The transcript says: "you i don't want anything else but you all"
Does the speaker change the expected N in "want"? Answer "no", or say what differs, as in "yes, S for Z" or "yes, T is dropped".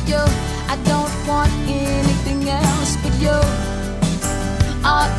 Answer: no